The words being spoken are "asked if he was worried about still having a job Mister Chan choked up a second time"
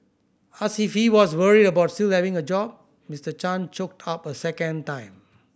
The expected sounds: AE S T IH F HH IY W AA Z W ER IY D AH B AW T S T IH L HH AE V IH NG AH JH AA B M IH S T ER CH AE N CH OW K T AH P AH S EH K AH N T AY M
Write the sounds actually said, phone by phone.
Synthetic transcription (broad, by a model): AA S IH F HH IY W AA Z W ER IY D AH B AW T S T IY L HH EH V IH NG AH JH AA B M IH S T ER CH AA N CH OW K T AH P AH S EH K AH N T AY M